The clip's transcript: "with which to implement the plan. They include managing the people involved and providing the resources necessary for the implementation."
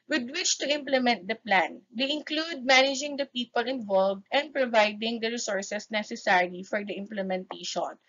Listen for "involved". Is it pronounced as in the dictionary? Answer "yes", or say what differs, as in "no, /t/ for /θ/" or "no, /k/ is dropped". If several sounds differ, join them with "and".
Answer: yes